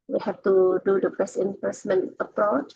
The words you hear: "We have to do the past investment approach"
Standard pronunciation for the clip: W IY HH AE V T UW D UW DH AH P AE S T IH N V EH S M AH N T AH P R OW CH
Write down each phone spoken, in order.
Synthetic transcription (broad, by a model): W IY HH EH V T UW D UW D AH B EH S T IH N P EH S M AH N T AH P R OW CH